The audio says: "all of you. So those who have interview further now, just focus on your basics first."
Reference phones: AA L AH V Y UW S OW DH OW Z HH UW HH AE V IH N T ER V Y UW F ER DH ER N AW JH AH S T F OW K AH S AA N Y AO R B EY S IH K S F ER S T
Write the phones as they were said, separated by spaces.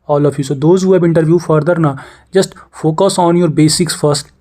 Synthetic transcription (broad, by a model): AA L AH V Y UW S OW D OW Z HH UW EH B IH N T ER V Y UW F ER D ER N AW JH AH S T F OW K AH S AA N Y AO R B EY S IH K S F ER S T